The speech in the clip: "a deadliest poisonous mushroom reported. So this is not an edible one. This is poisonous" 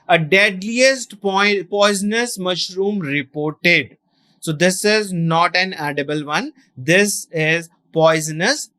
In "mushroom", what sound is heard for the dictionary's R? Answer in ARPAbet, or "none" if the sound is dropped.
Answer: R